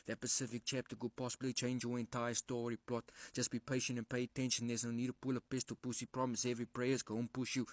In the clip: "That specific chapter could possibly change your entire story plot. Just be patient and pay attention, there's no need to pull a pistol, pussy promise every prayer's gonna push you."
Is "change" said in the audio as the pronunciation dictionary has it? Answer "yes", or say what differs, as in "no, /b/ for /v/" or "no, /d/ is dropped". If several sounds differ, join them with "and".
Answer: yes